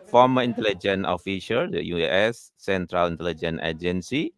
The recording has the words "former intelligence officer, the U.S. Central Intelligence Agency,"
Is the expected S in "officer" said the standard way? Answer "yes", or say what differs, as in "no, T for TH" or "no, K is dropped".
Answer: no, SH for S